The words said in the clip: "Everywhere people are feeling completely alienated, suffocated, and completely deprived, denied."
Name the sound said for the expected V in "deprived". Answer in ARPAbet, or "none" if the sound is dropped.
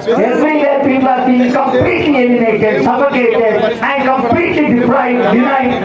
none